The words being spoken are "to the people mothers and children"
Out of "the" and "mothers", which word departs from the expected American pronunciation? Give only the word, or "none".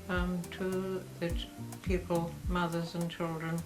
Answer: none